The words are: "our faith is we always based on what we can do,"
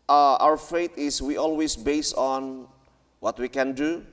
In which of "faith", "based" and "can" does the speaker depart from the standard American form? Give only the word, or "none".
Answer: faith